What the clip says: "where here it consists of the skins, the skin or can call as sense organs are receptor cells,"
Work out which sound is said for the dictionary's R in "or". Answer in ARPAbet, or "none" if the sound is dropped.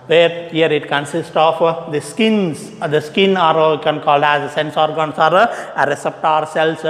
L